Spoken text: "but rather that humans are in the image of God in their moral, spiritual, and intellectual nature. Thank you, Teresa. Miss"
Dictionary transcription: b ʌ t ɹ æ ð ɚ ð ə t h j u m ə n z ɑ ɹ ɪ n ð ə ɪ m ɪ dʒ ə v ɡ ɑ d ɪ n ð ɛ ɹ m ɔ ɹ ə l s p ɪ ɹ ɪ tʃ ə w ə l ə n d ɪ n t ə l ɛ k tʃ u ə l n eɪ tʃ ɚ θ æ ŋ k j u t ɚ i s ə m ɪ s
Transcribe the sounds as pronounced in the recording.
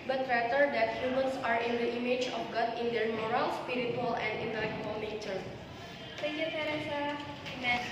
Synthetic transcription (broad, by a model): b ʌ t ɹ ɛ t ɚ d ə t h j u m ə n s ɑ ɹ ɪ n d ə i m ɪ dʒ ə f ɡ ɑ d ɪ n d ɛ ɹ m ɔ ɹ ə l s p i ɹ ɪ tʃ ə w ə l ə n d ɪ n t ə l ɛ k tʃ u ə l n eɪ tʃ ɚ s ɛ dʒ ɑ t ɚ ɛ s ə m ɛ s